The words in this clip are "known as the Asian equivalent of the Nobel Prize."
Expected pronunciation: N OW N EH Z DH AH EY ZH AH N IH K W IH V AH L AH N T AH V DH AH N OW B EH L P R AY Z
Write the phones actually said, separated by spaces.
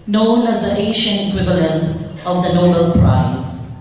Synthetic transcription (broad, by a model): N OW N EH Z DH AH EY SH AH N IH K W IH V AH L AH N T AH V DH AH N OW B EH L P R AY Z